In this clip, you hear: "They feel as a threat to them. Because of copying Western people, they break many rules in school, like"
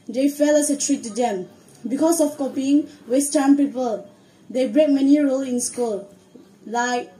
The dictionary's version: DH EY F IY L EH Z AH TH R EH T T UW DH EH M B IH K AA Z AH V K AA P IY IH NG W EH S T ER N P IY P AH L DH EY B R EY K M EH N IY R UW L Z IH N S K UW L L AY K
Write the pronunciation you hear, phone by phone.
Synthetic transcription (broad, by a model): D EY F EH L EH S AH T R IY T T UW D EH M B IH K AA S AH F K AA P IY IH NG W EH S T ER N P IY P AH L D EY B R EY K M EH N IY R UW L IH N S K UW L L AY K